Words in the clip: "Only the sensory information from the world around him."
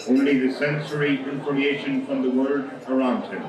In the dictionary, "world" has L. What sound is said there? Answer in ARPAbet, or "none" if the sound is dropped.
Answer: none